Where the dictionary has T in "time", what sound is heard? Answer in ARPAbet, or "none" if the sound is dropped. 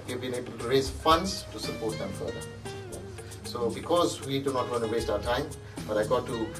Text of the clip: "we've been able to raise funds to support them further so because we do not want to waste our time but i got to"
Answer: T